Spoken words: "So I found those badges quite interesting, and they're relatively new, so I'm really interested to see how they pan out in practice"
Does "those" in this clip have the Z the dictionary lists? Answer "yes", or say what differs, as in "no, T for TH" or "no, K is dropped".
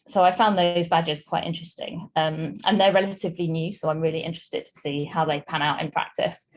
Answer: yes